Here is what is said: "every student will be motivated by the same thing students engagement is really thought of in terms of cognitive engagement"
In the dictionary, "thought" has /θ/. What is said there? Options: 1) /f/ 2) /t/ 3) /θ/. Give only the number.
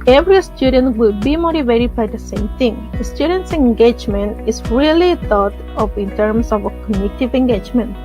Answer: 2